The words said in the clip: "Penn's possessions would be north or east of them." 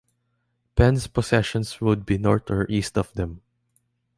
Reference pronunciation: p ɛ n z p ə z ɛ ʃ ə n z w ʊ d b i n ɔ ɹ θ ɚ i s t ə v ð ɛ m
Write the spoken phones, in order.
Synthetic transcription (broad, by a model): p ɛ n s p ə s ɛ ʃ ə n s w ʊ d b i n ɔ ɹ t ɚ i s t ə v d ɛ m